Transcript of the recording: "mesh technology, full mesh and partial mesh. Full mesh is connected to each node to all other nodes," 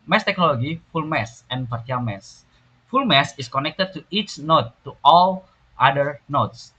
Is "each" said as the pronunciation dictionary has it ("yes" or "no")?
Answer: yes